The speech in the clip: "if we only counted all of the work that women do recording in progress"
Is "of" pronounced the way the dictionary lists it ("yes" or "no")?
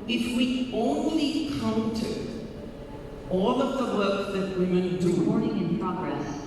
yes